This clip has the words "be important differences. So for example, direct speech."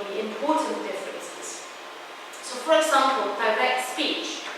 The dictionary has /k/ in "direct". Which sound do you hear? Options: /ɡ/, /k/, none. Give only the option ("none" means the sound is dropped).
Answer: none